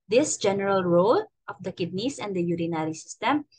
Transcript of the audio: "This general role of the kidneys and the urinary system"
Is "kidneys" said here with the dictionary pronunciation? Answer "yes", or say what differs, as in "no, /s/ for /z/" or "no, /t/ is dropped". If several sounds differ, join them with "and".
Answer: no, /s/ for /z/